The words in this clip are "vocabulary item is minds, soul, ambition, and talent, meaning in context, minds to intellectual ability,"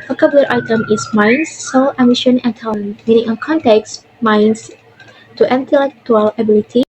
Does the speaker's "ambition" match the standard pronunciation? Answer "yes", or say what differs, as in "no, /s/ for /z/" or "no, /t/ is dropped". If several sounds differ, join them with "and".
no, /b/ is dropped